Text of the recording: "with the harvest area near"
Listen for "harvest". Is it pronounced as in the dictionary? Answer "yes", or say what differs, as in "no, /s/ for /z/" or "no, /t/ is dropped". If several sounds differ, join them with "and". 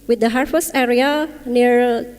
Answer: no, /f/ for /v/